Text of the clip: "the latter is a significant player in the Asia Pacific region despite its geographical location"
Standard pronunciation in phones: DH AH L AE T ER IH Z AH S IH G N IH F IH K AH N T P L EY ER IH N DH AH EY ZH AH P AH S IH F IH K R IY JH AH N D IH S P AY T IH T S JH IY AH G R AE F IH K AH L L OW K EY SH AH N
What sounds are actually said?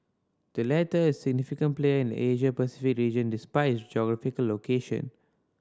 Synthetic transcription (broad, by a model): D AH L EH T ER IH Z S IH G N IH F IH K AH N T P L EY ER IH N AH EY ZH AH P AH S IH F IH K R IY JH AH N D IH S P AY IH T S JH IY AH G R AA F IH K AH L L OW K EY SH AH N